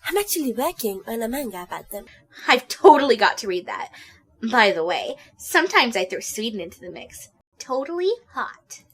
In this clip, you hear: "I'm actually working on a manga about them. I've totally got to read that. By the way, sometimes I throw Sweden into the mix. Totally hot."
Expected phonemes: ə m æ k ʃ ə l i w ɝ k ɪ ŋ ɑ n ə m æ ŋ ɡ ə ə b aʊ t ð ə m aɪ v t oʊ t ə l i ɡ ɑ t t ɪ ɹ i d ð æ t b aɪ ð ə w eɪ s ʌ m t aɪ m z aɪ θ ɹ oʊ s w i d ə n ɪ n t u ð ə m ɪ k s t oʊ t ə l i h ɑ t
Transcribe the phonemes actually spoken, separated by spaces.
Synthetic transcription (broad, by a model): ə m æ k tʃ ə l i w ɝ k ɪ ŋ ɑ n ə m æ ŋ ɡ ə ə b aʊ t ð ə m aɪ v t oʊ t l i ɡ ɑ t t ɪ ɹ i d ð æ t b aɪ ð ə w eɪ s ʌ m t aɪ m z aɪ θ ɹ oʊ s w i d n ɪ n t u ð ə m ɪ k s t oʊ t l i h ɑ t